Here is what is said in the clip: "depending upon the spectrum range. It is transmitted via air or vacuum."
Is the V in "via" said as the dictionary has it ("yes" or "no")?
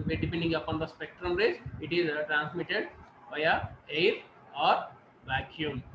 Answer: no